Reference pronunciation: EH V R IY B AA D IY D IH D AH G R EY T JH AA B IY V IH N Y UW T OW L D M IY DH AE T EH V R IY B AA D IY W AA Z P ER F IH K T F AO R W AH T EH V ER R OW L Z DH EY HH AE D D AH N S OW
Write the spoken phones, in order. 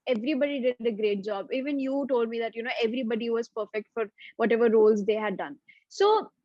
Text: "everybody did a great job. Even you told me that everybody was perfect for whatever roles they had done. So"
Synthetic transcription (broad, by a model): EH V R IY B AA D IY D IH D AH G R EY T JH AA B IY V IH N Y UW T OW L D M IY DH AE T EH V R IY B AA D IY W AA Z P ER F IH K T F AO R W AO T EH V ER R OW L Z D EY HH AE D D AH N S OW